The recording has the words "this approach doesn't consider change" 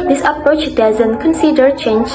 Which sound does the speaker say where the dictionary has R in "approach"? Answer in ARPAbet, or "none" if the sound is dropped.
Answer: R